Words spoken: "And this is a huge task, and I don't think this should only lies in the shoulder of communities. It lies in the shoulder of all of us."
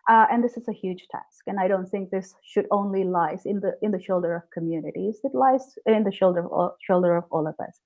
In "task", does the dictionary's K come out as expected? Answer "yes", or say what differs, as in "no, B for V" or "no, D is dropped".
yes